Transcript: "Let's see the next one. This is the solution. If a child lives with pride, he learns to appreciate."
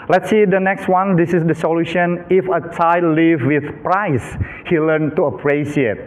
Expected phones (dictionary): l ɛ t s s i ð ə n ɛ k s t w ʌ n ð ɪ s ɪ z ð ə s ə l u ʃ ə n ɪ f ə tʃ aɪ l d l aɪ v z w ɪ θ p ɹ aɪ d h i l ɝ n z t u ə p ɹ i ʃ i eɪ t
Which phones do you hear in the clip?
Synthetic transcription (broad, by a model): l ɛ t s s i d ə n ɛ k s t w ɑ n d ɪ s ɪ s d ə s ə l u ʃ ə n ɪ f ə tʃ aɪ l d l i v w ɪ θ p ɹ aɪ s h i l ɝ n t u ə p ɹ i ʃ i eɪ t